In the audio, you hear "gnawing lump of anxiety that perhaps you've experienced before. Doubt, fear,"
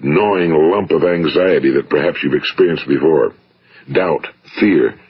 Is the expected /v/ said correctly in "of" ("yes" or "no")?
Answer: yes